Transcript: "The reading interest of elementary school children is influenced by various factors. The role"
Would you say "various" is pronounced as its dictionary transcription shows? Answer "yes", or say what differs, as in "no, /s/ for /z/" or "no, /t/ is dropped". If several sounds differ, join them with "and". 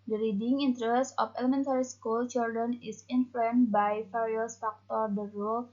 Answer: no, /f/ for /v/